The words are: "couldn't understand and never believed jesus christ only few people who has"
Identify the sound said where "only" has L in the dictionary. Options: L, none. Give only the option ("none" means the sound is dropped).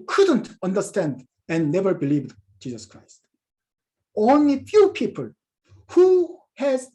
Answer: L